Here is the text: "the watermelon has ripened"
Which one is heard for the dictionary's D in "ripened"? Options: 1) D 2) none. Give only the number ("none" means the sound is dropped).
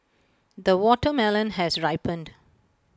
1